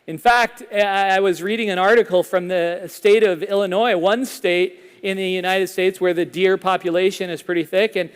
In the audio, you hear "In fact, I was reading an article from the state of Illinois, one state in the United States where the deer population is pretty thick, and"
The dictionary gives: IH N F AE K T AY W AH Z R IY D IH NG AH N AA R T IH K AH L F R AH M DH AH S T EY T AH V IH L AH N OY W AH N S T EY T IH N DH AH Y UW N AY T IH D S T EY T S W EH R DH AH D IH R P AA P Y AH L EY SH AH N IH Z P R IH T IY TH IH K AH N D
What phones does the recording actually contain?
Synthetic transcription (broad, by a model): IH N F AE K T AY W AH Z R IY D IH NG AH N AA R T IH K L F R AH M DH AH S T EY T AH V IH L AH N OY W AH N S T EY T IH N DH AH Y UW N AY T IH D S T EY T S W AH R DH AH D IH R P AA P Y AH L EY SH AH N IH Z P R IH T IY TH IH K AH N